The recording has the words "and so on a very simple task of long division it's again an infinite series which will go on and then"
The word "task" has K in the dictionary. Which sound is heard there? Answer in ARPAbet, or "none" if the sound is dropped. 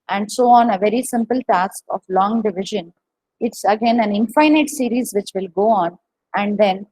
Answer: K